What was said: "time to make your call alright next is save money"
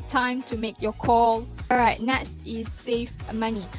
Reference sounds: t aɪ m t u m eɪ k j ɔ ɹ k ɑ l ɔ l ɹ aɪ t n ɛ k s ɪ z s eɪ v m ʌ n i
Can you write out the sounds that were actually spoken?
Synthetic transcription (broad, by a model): t aɪ m t u m eɪ k j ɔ k ɑ l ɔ ɹ aɪ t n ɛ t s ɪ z s eɪ f m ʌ n i